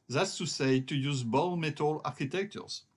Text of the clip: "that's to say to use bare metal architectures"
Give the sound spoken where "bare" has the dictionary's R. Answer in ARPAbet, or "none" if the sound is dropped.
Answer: L